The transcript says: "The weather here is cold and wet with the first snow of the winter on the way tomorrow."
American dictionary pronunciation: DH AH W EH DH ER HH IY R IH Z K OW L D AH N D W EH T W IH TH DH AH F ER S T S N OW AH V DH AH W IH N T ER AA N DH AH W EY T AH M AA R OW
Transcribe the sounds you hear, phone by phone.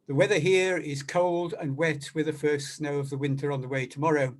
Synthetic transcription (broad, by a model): DH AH W EH DH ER HH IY R IH Z K OW L D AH N W EH T W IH DH AH F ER S T S N OW AH V DH AH W IH N T ER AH N DH AH W EY T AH M AA R OW